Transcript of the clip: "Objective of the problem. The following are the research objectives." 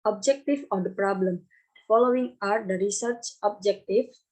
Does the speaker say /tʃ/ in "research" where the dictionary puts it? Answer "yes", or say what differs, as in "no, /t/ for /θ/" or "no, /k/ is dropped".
yes